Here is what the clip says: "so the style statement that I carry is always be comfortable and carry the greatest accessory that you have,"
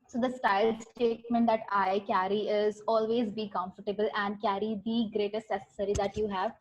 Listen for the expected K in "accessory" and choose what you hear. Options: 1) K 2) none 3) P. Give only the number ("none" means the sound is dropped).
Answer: 2